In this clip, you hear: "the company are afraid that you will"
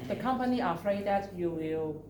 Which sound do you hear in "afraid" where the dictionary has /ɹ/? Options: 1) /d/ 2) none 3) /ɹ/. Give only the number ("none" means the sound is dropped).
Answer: 3